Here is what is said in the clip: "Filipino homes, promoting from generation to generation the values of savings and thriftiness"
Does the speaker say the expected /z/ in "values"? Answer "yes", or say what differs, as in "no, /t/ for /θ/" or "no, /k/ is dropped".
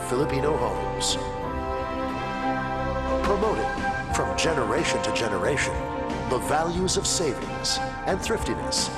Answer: yes